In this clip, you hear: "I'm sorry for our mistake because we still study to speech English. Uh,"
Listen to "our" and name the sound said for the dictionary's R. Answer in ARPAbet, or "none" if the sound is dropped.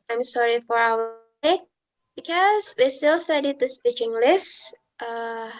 R